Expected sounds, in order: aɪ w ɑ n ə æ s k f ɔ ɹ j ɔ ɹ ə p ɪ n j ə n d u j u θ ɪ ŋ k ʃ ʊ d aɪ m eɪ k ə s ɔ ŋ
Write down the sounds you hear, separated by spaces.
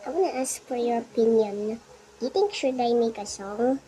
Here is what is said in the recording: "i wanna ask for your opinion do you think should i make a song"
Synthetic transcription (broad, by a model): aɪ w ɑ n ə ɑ s k f ɔ ɹ j ɔ ɹ ə p ɪ n j ə n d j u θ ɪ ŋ k ʃ ʊ d aɪ m eɪ k ə s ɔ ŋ